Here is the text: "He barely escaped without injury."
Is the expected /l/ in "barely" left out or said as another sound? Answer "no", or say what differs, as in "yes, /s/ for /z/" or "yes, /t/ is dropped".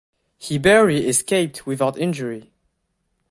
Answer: yes, /l/ is dropped